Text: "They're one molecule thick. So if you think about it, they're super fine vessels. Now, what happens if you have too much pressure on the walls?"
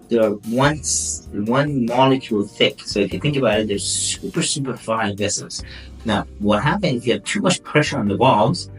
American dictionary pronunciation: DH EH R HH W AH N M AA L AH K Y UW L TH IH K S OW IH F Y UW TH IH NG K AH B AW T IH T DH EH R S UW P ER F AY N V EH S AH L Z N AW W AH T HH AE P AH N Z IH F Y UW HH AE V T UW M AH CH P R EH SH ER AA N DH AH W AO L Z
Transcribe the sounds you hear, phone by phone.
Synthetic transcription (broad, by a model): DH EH R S W AH N M AA L AH K Y UW L TH IH K S OW IH F Y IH TH IH NG K AH B AW T IH T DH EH R S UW P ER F AY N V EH S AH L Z N AW W AH T HH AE P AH N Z IH F Y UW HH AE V T UW M AH CH P R EH SH ER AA N DH AH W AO L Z